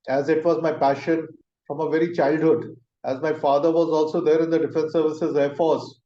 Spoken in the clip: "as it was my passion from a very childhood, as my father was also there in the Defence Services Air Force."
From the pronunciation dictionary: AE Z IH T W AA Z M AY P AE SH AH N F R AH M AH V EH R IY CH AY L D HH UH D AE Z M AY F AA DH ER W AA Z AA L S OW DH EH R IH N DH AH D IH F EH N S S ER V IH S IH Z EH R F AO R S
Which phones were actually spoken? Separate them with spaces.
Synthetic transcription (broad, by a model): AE Z IH T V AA Z M AY P AE SH AH N F R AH M AH V EH R IY CH AY L D HH UH D AE Z M AY F AA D ER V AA Z AA L S OW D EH R IH N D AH D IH F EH N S S ER V IH S IH Z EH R F AO R S